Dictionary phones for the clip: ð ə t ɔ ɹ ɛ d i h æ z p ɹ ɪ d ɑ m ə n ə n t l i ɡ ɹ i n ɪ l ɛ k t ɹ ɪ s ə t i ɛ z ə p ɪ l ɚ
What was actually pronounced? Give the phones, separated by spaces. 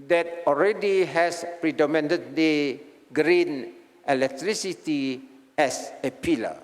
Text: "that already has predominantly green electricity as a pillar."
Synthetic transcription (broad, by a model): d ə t ɔ ɹ ɛ d i h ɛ s p ɹ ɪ d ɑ m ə n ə t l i ɡ ɹ i n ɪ l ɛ k t ɹ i s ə t i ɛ s ə p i l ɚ